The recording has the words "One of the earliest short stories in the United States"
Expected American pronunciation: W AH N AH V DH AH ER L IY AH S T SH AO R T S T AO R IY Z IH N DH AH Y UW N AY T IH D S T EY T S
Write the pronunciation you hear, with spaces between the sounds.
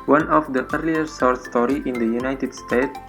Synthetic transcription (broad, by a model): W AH N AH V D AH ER L IY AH T S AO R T S T AO R IY IH N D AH Y UW N AY T IH D S T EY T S